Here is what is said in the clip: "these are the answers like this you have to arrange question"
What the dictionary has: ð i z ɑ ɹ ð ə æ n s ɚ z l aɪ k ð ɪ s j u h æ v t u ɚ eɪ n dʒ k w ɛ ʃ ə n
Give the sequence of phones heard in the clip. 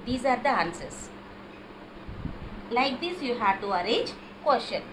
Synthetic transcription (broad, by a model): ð i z ɑ ɹ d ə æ n s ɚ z l aɪ k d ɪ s j u h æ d t u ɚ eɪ dʒ k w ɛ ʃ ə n